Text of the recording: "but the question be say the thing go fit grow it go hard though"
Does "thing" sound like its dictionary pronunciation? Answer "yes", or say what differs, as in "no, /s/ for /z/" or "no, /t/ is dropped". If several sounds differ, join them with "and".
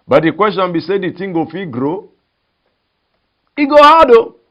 no, /t/ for /θ/